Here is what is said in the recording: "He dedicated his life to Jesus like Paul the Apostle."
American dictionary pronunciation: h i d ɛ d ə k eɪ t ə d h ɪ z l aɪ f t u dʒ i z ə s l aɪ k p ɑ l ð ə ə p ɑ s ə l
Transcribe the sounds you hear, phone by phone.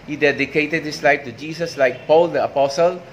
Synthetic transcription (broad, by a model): h i d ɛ d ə k eɪ t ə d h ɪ s l aɪ f t u dʒ i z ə s l aɪ k p ɑ l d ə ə p ɑ s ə l